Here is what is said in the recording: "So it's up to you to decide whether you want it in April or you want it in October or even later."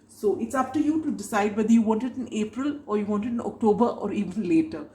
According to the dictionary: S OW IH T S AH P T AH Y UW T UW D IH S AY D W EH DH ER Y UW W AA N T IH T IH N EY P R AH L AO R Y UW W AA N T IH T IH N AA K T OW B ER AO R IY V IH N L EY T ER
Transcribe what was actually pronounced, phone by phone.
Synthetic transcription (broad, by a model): S OW IH T S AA F T AH Y UW T UW D IH S AY D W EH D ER Y UW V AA N T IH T IH N EY P R AH L AO R Y UW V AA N T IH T IH N AA K T OW B ER AO R IY V IH N L EY T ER